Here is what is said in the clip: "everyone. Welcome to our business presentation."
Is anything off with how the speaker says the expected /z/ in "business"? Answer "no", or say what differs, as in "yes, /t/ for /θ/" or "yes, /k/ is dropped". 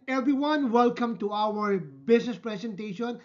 yes, /s/ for /z/